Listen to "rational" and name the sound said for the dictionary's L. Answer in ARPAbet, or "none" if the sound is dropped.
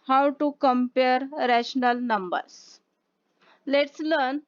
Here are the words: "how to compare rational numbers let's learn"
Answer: L